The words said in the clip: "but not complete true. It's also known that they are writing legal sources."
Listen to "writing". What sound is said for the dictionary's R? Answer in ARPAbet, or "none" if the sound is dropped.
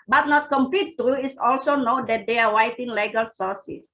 W